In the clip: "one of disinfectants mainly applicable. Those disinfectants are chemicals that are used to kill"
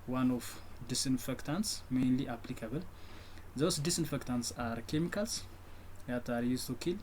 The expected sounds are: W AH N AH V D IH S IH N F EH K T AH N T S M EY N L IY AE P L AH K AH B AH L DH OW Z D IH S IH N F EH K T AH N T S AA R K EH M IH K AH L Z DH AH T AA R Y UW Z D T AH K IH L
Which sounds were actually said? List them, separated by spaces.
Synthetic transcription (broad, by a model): W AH N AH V D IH S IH N F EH K T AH N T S M EY N L IY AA P L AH K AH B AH L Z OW S D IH S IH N F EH K T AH N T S AA R K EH M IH K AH L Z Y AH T AA R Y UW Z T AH K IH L